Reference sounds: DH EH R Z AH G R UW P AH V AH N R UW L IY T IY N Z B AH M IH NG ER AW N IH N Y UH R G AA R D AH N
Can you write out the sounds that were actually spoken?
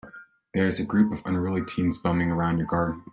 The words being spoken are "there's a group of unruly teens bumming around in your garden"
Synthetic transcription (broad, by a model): DH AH R Z AH G R UW P AH V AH N R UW L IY T IY N Z B AH M IH NG ER AW N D Y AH R G AA R D N